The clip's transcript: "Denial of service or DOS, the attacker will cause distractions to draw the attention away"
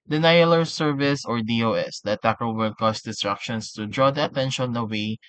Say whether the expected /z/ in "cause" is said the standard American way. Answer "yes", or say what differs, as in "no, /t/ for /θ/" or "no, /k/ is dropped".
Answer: no, /s/ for /z/